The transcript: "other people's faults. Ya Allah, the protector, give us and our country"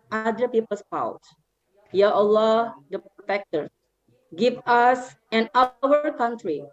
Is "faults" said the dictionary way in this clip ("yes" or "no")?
no